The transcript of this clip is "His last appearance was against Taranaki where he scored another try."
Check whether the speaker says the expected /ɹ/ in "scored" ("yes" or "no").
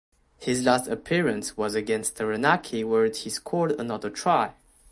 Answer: no